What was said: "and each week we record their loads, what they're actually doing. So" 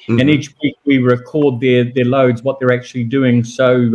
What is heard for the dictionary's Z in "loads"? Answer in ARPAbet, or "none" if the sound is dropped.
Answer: Z